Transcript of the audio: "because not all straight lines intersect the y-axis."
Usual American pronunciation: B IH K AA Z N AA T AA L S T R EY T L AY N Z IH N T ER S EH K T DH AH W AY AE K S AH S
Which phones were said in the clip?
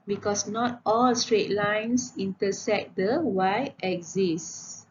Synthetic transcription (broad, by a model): B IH K AA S N AA T AA L S T R EY T L AY N S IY N T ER S EH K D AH W AY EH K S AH S